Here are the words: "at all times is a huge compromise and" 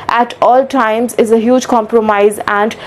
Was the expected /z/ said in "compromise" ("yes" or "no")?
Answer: yes